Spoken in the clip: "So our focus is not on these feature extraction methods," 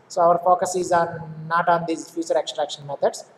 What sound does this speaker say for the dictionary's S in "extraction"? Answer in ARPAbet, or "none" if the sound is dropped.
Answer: S